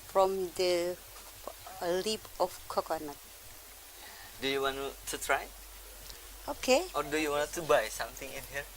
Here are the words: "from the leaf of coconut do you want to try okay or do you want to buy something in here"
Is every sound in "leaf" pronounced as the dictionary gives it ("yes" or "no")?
no